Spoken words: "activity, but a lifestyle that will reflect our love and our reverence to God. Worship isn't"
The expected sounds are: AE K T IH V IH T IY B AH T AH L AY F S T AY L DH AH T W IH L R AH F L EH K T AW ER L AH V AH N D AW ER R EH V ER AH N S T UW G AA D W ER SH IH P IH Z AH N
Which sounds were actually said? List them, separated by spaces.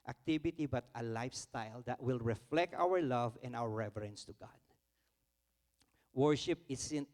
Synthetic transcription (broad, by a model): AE K T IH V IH T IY B AH T AH L AY F S T AY L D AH T W IH L R AH F L EH K T AW ER L AH V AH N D AW ER R EH V ER AH N S T UW G AA D W ER SH IH P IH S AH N